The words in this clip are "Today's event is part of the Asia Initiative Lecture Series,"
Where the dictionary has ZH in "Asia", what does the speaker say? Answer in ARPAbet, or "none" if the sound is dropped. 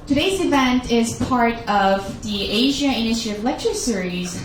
ZH